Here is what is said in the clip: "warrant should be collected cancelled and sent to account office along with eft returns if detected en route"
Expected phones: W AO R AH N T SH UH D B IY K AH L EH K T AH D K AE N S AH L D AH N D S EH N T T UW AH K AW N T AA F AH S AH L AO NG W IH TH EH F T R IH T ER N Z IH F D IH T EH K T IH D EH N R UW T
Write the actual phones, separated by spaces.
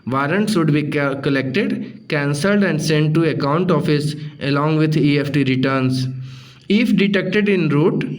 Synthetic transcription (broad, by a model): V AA R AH N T S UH D B IY K AH L EH K T AH D K AE N S AH L D AH N D S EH N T T UW AH K AW N T AA F AH S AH L AO NG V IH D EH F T R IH T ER N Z IH F D IH T EH K T IH D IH N R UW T